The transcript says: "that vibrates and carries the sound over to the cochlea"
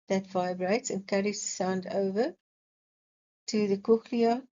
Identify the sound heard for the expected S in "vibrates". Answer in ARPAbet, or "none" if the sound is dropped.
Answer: S